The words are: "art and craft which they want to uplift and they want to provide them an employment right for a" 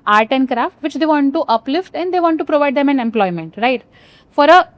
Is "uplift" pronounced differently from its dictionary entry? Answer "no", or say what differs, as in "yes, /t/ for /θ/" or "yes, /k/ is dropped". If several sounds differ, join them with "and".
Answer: no